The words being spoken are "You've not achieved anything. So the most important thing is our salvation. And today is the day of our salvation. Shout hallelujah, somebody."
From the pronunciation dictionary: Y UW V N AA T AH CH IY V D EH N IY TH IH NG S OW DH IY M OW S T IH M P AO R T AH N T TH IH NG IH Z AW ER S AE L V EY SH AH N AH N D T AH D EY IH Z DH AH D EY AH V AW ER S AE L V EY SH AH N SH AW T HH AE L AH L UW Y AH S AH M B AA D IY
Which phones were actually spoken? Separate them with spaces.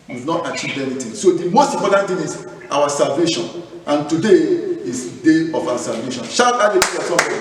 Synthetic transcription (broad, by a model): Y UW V N AA T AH CH IY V EH N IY T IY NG S OW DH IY M OW S T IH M P AO T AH N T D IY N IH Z AW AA S AE L V EY SH AH N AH N T AH D EY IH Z D EY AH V AW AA S AE L V EY SH AH N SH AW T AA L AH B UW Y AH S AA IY